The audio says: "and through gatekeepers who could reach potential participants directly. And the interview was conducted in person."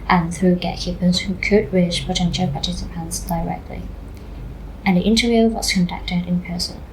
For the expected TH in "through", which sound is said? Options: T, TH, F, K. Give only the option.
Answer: TH